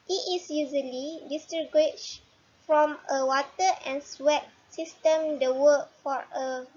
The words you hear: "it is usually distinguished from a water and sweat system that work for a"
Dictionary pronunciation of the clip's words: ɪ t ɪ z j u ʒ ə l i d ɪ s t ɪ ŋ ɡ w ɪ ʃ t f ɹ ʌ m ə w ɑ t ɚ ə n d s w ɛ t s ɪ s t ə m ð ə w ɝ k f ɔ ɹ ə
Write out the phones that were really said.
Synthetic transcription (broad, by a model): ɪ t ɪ s j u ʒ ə l i d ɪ s t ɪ ɡ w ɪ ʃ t f ɹ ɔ m ə w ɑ t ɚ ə n s w ɛ t s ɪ s t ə m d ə w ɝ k f ɔ ɹ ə